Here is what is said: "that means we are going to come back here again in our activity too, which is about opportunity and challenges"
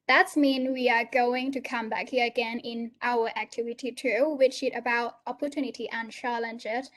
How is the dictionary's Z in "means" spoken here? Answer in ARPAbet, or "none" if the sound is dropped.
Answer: none